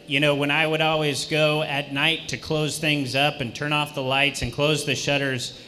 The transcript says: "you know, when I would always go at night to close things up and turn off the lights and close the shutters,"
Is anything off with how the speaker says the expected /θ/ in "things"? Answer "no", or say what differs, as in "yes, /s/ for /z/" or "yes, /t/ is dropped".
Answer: no